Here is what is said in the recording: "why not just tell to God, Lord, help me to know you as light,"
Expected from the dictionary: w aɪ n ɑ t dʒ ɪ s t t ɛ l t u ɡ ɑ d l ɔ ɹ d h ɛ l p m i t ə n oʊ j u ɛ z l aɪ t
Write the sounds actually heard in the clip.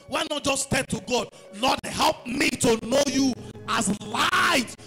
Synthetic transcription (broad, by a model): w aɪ n ɑ t dʒ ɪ s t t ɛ n t u ɡ ɑ d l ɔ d h ɛ l p m i t ə n oʊ j u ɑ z l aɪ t